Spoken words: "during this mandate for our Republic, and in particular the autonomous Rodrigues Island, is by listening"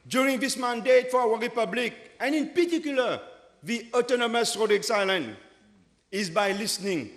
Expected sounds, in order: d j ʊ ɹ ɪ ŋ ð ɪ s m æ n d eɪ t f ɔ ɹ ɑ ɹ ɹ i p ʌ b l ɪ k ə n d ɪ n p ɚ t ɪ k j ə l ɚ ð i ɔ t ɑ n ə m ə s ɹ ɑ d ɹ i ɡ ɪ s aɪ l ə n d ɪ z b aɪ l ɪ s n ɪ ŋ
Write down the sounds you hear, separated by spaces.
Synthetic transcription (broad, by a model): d j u ɹ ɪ ŋ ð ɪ s m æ n d eɪ t f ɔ w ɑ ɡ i p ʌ b l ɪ k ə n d ɪ n p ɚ t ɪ k j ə l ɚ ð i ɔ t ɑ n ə m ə s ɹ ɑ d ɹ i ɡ s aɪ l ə n ɪ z b aɪ l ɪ s n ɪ ŋ